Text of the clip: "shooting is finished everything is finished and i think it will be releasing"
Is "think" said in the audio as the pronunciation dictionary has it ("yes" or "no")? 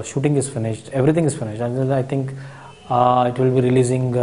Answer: no